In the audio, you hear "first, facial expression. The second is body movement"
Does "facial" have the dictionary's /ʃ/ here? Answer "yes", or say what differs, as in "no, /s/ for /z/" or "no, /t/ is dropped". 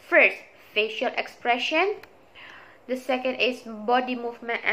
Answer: yes